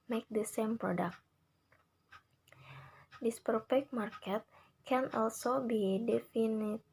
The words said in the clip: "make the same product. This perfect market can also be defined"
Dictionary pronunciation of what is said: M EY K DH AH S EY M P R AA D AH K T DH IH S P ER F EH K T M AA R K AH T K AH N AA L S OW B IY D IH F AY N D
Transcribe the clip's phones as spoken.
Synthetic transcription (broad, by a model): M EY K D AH S EY M P R AA D AH K T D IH S P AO P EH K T M AA R K AH T K AH N AA L S OW B IY D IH F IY N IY